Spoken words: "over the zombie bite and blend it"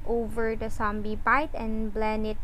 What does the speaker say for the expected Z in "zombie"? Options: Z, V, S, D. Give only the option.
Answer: S